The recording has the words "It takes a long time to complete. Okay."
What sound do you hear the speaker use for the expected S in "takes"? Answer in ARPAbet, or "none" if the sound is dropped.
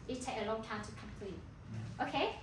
none